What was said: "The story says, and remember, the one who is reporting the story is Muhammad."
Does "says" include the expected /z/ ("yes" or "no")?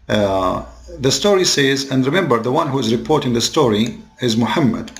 yes